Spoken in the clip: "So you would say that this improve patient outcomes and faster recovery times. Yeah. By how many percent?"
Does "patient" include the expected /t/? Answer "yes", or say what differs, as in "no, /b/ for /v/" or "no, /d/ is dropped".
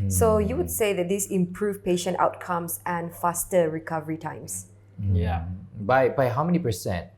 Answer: yes